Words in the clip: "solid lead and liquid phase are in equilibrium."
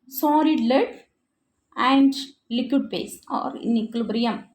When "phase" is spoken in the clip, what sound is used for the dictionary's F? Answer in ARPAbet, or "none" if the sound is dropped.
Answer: P